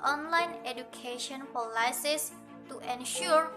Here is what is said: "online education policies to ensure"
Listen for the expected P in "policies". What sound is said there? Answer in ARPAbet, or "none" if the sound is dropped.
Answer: F